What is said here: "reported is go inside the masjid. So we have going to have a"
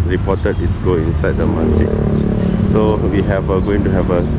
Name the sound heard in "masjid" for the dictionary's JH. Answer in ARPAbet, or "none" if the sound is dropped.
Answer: none